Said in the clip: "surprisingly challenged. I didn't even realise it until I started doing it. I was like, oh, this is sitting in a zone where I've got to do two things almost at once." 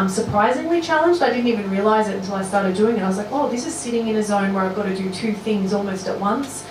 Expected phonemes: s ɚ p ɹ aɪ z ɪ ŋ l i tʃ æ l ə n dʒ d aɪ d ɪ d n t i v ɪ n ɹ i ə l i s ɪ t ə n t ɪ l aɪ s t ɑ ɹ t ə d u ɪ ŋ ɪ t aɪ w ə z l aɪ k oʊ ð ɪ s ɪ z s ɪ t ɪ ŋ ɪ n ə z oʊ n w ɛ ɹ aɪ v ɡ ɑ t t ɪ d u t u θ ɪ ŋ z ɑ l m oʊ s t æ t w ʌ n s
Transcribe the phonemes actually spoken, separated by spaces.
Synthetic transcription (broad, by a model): s ɚ p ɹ aɪ z ɪ ŋ l i tʃ æ l ə n dʒ d aɪ d ɪ d n t i v ɪ n ɹ i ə l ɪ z ɪ t n t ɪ l aɪ s t ɑ ɹ t ə d u ɪ ŋ ɪ t aɪ w ə z l aɪ k oʊ ð ɪ s ɪ z s ɪ t ɪ ŋ ɪ n ə z oʊ n w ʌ ɹ aɪ v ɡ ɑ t t ɪ d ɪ t u θ ɪ ŋ z ɑ l m oʊ s t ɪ t w ʌ n s